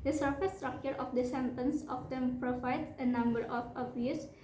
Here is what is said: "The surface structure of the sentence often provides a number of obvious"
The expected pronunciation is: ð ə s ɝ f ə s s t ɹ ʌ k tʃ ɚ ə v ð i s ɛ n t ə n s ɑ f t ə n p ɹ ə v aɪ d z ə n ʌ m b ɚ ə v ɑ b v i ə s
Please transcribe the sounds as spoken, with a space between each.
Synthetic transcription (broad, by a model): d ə s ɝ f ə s s t ɹ ʌ k tʃ ɚ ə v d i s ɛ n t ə n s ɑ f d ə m p ɹ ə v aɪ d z ə n ʌ m b ɚ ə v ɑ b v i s